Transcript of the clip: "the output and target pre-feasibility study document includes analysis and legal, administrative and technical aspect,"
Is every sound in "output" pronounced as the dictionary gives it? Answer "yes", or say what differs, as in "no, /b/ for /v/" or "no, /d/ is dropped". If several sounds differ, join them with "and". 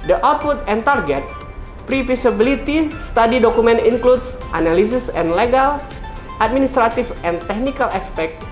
no, /f/ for /p/